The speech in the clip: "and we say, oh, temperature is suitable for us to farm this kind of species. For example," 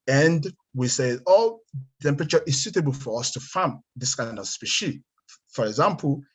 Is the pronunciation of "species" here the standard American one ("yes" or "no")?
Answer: no